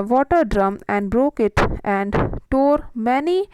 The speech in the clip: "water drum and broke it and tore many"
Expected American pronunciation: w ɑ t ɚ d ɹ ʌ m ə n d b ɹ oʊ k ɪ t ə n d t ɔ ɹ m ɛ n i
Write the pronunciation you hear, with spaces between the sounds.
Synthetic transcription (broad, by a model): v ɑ t ɚ d ɹ ʌ m ə n d b ɹ oʊ k ɪ t ə n d t ɔ ɹ m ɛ n i